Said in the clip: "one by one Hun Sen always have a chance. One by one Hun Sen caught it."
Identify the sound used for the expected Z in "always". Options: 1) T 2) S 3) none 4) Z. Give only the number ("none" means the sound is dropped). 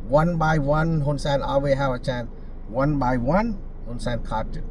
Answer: 3